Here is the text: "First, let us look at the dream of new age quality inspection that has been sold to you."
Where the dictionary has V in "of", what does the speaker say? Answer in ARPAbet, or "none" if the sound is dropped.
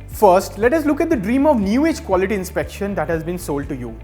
V